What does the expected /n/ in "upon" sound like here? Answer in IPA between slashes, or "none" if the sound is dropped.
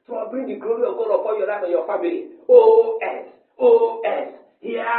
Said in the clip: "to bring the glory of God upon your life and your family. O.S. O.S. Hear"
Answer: /l/